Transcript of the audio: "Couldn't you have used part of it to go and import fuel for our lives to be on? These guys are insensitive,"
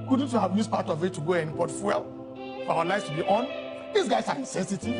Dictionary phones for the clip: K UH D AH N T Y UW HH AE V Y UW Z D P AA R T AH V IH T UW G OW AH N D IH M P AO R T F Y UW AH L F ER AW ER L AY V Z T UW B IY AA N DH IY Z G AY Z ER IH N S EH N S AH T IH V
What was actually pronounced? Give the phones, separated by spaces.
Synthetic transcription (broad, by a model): K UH D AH N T Y UW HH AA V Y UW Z P AA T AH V IH T UW G OW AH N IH P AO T F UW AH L F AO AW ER L AY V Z T UW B IY AA N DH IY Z G AY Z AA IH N S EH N S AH T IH